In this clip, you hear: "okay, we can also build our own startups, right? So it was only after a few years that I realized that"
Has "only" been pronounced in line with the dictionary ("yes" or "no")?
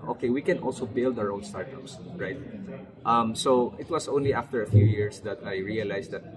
yes